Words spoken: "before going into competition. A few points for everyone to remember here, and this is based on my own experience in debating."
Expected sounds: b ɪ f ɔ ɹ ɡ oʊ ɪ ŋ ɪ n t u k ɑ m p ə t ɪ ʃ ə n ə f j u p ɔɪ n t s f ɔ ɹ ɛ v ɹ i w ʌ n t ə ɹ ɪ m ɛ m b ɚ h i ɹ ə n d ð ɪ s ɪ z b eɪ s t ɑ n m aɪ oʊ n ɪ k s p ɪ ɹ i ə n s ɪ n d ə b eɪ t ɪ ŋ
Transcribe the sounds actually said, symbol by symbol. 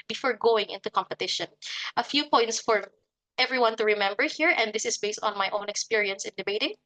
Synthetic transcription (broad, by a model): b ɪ f ɔ ɹ ɡ oʊ ɪ ŋ ɪ n t u k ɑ m p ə t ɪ ʃ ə n ə f j u p ɔɪ n t s f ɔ ɹ ɛ v ɹ i w ʌ n t ə ɹ ɪ m ɛ m b ɚ h i ɹ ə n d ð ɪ s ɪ s b eɪ s t ɑ n m aɪ oʊ n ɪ k s p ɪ ɹ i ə n s ɪ n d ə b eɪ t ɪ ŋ